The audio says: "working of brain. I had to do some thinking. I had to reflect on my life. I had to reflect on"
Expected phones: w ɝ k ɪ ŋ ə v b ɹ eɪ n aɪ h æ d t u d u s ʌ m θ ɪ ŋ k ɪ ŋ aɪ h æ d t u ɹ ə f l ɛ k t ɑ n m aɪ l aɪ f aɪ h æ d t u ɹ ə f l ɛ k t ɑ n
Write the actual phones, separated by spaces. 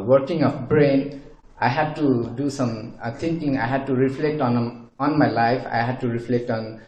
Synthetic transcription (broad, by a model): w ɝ k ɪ ŋ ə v b ɹ eɪ n aɪ h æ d t u d u s ʌ m t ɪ ŋ k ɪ ŋ aɪ h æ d t u ɹ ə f l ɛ k t ɑ n m aɪ l aɪ f aɪ h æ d t u ɹ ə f l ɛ k t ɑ n